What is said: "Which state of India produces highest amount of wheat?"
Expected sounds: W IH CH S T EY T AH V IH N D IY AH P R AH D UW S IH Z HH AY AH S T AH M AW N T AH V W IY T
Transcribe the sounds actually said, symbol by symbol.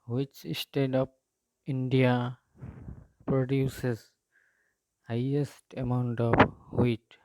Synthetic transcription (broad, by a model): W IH CH S T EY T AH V IH N D IY AH P R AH D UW S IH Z HH AY AH S T AH M AW N T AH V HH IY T